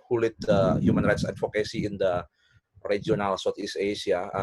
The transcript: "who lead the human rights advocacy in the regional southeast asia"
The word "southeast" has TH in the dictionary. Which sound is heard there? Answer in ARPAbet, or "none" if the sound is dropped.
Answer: T